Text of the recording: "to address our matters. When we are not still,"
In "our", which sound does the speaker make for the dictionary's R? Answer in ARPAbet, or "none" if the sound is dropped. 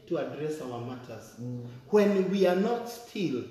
L